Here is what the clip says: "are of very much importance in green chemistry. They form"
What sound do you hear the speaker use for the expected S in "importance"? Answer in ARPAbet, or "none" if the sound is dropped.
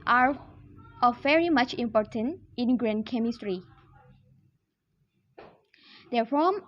none